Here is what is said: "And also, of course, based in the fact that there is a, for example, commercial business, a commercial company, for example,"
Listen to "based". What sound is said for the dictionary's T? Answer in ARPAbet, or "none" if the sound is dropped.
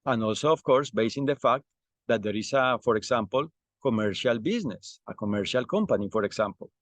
none